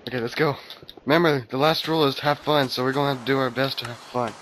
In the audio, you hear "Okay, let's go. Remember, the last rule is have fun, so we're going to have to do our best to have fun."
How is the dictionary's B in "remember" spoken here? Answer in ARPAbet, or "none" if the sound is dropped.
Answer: none